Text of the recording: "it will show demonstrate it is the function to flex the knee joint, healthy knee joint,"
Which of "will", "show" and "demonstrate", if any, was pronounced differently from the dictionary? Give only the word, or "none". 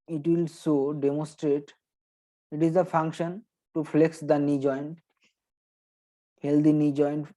show